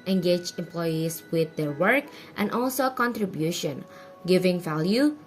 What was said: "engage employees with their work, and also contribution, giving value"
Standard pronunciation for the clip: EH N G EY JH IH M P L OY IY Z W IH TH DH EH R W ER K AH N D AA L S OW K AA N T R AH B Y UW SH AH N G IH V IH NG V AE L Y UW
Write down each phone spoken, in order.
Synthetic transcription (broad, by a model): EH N G EY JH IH M P L OY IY S W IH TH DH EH R W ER K AH N D AA L S OW K AA N T R AH B Y UW SH AH N G IH V IH NG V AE L Y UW